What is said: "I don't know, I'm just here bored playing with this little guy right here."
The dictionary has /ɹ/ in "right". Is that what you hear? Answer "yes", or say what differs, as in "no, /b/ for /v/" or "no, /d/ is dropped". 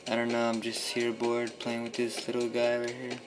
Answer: no, /w/ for /ɹ/